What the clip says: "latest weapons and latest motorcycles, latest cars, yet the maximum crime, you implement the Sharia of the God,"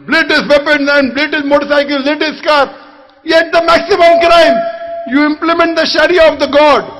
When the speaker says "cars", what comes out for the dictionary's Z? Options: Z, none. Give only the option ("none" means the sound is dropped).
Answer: none